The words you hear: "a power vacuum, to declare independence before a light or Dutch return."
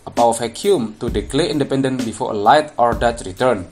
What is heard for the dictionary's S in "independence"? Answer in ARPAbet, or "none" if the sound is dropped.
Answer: none